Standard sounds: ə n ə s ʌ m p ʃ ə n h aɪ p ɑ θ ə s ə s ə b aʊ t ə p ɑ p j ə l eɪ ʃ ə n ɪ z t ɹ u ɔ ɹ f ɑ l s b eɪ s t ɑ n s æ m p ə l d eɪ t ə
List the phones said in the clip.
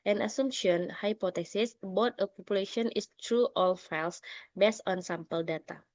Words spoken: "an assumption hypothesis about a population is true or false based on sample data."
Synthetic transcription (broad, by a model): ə n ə s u m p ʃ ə n h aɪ p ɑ t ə s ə s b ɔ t ə p ɑ p j ə l eɪ ʃ ə n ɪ s t ɹ u ɔ l f ɑ l s b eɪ s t ɑ n s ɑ m p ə l d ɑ t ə